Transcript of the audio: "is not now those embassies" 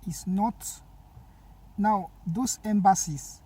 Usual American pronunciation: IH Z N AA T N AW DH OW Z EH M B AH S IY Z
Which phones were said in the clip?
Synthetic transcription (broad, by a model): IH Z N AA T N AW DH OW S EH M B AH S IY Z